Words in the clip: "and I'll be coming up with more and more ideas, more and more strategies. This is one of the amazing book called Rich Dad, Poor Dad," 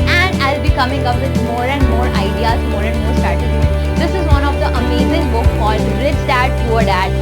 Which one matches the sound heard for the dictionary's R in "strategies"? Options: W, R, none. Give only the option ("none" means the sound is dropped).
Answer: none